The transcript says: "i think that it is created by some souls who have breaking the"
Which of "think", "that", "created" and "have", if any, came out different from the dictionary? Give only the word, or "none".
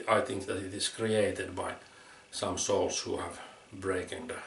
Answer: none